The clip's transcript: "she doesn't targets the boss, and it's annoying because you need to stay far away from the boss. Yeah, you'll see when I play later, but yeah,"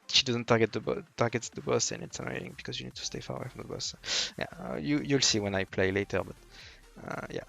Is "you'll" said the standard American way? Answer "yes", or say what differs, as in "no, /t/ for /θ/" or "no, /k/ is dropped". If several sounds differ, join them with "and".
yes